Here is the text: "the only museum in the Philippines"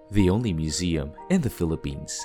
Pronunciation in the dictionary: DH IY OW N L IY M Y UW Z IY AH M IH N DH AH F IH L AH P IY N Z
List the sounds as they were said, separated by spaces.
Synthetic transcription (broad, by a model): DH IY OW N L IY M Y UW Z IY AH M IH N DH AH F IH L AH P IY N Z